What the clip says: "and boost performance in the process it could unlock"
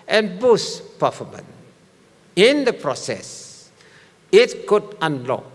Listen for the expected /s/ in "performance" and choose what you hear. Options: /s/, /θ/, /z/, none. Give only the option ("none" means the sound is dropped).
none